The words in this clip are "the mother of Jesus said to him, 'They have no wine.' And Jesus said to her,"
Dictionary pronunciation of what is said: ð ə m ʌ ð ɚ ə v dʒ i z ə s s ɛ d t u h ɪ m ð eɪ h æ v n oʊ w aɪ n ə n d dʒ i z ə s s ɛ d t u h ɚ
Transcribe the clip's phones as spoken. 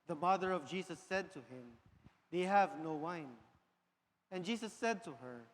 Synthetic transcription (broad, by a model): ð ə m ʌ ð ɚ ə v dʒ i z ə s s ɛ d t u h ɪ m ð eɪ h æ v n oʊ w aɪ n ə n dʒ i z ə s s ɛ d t u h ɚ